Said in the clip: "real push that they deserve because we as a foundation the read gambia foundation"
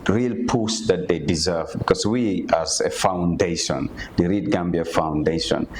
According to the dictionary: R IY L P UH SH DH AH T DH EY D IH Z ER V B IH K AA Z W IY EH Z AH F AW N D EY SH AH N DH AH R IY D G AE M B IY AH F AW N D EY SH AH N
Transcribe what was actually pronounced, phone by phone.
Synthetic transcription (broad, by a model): R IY L P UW S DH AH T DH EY D IH Z ER V B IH K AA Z W IY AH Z AH F AW N D EY SH AH N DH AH R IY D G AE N B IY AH F AW N D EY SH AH N